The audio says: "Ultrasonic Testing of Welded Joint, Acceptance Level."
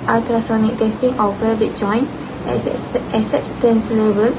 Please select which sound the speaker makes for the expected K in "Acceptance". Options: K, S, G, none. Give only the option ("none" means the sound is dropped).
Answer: none